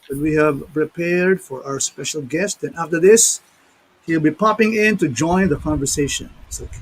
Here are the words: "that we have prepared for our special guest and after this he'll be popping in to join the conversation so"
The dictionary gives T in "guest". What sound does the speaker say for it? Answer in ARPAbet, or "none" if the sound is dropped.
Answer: T